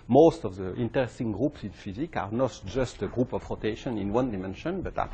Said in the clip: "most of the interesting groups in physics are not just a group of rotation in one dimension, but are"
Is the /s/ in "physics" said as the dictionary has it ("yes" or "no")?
no